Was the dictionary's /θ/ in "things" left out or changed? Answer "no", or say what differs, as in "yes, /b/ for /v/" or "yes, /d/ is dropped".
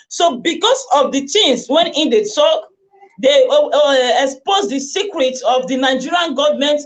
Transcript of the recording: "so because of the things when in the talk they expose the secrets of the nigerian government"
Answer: yes, /t/ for /θ/